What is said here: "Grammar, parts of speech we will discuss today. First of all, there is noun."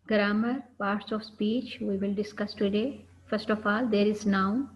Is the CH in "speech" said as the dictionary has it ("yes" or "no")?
yes